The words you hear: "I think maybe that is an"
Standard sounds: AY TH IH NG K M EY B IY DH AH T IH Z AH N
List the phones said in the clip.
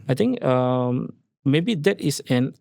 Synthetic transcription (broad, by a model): AY T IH NG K M EY B IY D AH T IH S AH N